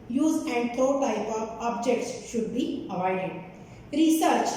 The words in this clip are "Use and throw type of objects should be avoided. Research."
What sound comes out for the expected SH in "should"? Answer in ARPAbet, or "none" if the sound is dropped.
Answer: SH